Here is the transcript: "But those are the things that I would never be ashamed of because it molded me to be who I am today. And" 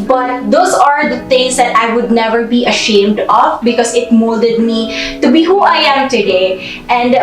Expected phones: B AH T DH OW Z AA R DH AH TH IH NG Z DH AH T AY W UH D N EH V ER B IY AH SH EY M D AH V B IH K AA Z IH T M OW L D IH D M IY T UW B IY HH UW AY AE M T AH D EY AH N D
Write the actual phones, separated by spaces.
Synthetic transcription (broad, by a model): B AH T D OW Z AA R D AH T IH NG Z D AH T AY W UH D N EH V ER B IY AH SH EY M D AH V B IH K AA Z IH T M OW L D IH D M IY T UW B IY HH UW AY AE M T AH D EY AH N D